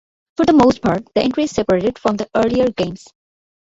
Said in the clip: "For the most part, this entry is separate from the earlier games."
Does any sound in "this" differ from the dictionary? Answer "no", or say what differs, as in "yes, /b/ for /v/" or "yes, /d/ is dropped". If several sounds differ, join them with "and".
yes, /s/ is dropped